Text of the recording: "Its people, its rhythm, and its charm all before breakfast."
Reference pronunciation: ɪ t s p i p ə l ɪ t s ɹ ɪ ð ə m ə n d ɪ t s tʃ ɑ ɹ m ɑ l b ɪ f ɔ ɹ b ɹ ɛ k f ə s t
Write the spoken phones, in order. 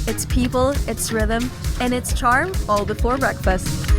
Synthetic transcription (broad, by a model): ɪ t s p i p ə l ɪ t s ɹ ɪ ð ə m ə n ɪ t s tʃ ɑ ɹ m ɑ l b ɪ f ɔ ɹ b ɹ ɛ k f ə s t